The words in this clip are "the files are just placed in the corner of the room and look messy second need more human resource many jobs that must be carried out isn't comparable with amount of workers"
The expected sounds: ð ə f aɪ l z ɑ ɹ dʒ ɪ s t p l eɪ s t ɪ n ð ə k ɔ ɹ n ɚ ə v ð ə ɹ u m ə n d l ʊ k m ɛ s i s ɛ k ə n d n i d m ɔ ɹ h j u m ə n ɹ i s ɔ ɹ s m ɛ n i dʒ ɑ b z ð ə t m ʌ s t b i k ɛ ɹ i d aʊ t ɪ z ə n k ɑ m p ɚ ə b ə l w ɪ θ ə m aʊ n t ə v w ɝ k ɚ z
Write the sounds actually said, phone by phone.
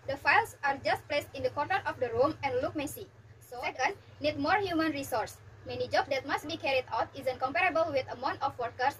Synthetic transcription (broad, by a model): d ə f aɪ l s ɑ ɹ dʒ ɪ s t p l eɪ s t ɪ n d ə k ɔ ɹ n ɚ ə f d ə ɹ u m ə n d l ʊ k m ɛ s i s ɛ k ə n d n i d m ɔ ɹ h j u m ə n ɹ i s ɔ ɹ s m ɛ n i dʒ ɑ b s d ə t m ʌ s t b i k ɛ ɹ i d aʊ t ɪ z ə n k ɑ m p ɚ ə b ə l w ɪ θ ə m aʊ n t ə f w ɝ k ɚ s